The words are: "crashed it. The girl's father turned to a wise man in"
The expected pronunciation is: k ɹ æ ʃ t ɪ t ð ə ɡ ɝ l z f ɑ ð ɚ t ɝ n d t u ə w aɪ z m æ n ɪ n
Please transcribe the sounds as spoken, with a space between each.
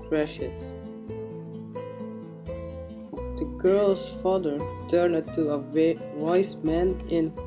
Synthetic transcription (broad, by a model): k ɹ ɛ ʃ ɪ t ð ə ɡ ɝ l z f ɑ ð ɚ t ɝ n d t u ə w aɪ s m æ n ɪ n